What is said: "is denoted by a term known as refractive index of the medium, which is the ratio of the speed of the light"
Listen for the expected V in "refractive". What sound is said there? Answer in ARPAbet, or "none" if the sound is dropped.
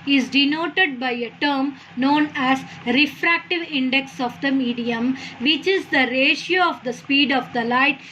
V